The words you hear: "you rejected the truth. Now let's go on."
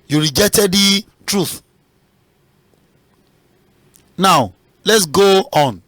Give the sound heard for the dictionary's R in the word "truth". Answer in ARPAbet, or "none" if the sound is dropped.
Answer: R